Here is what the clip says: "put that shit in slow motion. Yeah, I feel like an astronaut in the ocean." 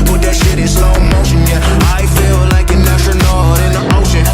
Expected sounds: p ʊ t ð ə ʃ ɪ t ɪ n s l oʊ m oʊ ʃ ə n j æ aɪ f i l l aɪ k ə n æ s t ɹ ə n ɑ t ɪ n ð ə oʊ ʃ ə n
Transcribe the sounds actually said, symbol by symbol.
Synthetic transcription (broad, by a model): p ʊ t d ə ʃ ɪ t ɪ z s oʊ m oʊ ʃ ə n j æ aɪ f i l l aɪ k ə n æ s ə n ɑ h ɪ n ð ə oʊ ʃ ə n